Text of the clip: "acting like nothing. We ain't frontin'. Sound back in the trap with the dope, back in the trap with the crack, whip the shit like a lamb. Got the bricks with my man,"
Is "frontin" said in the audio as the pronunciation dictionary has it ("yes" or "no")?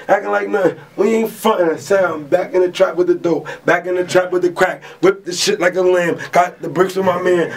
no